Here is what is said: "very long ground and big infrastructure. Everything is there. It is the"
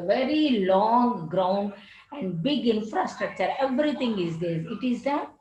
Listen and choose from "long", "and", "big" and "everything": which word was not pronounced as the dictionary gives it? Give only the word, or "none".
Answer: everything